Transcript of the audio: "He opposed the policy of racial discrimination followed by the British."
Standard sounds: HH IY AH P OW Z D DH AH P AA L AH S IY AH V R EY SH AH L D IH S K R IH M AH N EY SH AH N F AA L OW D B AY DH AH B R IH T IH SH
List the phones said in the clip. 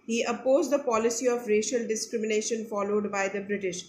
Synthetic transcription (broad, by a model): HH IY AH P OW Z D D AH P AA L AH S IY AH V R EY SH AH L D IH S K R IH M AH N EY SH AH N F AA L OW D B AY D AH B R IH T IH SH